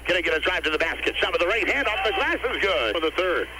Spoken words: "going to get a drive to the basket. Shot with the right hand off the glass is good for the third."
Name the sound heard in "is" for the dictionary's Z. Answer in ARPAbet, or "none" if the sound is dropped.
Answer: Z